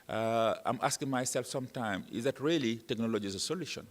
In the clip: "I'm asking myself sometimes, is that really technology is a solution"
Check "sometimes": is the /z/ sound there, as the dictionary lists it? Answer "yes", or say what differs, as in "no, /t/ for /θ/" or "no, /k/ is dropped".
no, /z/ is dropped